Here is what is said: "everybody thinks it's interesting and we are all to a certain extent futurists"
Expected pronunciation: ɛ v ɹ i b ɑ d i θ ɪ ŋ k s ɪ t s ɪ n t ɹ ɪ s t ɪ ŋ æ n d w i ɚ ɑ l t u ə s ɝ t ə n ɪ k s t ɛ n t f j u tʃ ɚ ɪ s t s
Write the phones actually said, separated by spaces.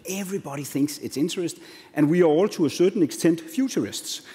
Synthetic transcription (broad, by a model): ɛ v ɹ i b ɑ d i θ ɪ ŋ k s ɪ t s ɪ n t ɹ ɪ s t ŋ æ n w i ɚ ɑ l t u ə s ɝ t n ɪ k s t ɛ n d f j u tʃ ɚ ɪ s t s